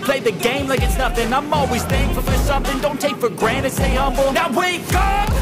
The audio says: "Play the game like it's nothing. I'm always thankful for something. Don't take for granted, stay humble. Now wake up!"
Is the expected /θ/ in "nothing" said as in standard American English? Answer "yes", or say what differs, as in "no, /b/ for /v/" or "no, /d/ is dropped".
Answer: no, /f/ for /θ/